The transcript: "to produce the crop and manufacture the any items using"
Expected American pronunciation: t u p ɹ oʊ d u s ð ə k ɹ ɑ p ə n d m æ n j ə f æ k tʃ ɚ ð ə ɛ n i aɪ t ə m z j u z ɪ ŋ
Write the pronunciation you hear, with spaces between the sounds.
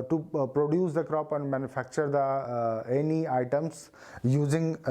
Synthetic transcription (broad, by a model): t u p ɹ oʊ d u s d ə k ɹ ɑ p ə n d m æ n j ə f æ k tʃ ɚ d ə ɛ n i aɪ t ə m s j u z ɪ ŋ